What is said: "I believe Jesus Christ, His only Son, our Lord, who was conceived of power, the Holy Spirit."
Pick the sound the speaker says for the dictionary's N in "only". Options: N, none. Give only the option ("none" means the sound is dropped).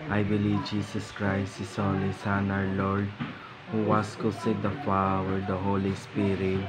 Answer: none